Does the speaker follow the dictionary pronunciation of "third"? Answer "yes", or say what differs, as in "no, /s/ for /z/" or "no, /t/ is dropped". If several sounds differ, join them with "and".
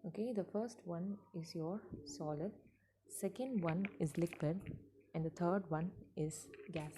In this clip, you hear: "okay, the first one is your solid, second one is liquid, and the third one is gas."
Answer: no, /t/ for /θ/